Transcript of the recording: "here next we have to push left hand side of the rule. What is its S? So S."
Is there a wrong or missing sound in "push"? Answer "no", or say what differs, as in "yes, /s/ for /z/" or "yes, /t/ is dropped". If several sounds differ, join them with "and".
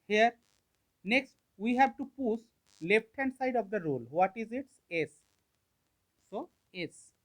yes, /s/ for /ʃ/